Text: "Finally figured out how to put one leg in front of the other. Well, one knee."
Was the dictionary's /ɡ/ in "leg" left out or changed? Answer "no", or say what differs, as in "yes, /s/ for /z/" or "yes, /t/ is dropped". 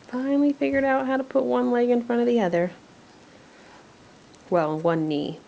no